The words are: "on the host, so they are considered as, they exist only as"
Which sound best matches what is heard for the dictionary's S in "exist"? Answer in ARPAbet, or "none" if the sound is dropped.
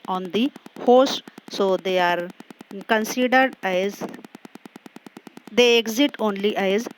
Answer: none